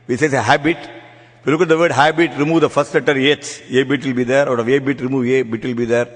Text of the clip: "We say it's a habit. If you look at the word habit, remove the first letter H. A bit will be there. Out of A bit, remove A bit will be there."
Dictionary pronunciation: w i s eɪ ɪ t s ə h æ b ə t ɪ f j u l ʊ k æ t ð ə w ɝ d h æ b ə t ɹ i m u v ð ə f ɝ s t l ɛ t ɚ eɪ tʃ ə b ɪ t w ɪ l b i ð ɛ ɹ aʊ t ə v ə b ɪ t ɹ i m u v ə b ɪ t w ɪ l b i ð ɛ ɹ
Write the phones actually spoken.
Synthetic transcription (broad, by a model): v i s eɪ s ə h æ b ə t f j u l ʊ k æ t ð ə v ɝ d h æ b ə t ɹ i m u v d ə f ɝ s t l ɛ t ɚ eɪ s ə b ɪ t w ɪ l b i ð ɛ ɹ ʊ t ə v ə b ɪ t ɹ i m u v ə b ɪ t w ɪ l b i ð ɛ ɹ